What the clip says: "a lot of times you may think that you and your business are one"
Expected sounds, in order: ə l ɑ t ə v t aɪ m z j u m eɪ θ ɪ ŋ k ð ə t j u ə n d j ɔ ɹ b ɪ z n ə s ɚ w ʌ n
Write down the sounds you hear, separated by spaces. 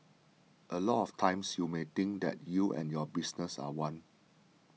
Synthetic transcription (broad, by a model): ə l ɑ t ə f t aɪ m s j u m eɪ t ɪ ŋ k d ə t j u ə n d j ɔ b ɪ s n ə s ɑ w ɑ n